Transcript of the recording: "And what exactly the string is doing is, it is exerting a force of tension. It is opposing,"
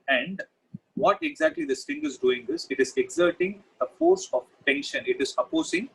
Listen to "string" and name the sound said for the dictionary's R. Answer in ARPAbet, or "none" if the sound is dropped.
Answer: none